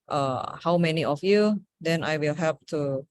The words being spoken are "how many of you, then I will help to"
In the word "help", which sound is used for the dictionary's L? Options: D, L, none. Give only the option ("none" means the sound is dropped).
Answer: none